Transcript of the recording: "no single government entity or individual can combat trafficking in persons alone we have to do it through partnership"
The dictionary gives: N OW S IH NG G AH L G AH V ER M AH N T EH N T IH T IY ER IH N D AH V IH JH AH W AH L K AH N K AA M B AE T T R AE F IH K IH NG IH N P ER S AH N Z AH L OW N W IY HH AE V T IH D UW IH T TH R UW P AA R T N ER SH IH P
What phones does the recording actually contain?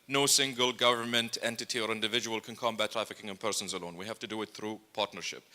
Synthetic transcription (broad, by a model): N OW S IH NG G AH L G AH V ER M AH N T EH N T IH T IY ER IH N D AH V IH JH AH W AH L K AH N K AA M B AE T T R AE F IH K IH NG IH N P ER S AH N Z AH L OW N W IY HH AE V T IH D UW IH T TH R UW P AA R T N ER SH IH P